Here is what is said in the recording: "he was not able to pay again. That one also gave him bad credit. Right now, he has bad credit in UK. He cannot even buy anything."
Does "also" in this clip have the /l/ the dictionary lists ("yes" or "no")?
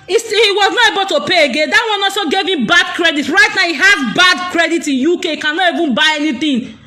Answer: no